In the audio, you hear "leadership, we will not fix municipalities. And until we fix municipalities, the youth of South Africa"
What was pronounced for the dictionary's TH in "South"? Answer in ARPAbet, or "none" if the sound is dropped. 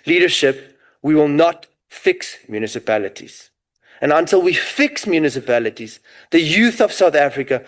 TH